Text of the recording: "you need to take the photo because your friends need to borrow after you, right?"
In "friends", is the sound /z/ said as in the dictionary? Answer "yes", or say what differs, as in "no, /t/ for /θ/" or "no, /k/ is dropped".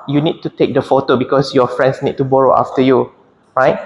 no, /s/ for /z/